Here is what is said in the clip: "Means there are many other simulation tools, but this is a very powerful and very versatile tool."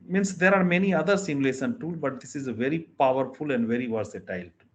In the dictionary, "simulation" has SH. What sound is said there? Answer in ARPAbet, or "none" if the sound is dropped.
S